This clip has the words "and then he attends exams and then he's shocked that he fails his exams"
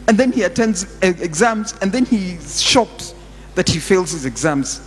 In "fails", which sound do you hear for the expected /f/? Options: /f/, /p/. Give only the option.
/f/